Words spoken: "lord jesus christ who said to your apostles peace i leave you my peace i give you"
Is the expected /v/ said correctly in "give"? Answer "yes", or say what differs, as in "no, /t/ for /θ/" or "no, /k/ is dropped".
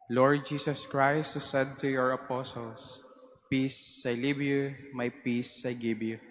no, /b/ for /v/